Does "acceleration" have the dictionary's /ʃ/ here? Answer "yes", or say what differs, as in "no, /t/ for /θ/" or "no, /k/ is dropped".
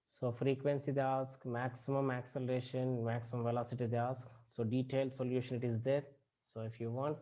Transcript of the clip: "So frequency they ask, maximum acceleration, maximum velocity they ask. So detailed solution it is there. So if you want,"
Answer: yes